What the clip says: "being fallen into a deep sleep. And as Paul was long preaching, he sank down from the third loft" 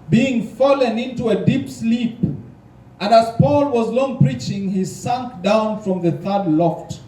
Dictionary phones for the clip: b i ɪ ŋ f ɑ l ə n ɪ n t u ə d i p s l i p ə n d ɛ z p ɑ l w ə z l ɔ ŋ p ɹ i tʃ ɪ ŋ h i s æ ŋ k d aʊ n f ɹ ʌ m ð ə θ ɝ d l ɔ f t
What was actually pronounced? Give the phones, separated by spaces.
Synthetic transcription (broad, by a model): b i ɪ ŋ f ɑ l ə n ɪ n t u ə d i p s l i p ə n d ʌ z p ɑ l w ə z l ɔ ŋ p ɹ i tʃ ɪ ŋ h i s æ ŋ k d aʊ n f ɹ ʌ m ð ə θ ɝ d l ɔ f t